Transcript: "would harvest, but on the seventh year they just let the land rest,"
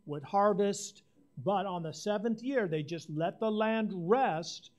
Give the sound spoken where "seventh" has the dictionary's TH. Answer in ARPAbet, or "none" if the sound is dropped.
TH